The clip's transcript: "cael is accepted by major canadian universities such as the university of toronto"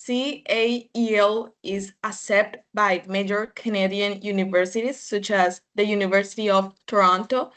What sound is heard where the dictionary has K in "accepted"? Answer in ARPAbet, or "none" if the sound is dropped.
none